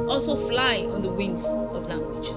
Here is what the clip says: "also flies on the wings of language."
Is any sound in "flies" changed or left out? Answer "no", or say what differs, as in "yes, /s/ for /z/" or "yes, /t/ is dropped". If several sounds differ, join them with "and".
yes, /z/ is dropped